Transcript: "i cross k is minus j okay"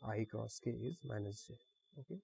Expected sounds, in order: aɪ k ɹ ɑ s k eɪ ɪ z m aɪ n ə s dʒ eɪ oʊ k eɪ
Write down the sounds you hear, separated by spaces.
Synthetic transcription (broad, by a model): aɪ k ɹ ɑ s k eɪ ɪ z m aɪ n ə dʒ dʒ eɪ oʊ k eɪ